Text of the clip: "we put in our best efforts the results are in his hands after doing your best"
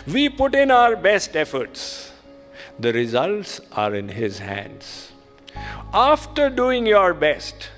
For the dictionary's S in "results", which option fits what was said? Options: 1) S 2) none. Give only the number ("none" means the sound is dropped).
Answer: 1